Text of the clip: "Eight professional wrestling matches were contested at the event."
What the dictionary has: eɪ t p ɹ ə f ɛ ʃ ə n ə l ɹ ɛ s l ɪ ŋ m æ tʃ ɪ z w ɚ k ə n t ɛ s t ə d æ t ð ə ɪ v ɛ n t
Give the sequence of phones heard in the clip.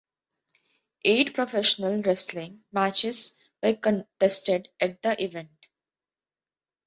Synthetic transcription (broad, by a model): eɪ t p ɹ ə f ɛ ʃ ə n ə l ɹ ɛ s l ɪ ŋ m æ tʃ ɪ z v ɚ k ə n t ɛ s t ə d æ t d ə ɪ v ɛ n t